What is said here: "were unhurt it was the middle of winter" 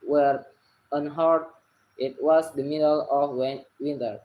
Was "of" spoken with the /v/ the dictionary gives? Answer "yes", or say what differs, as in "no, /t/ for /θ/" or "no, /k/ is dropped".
no, /w/ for /v/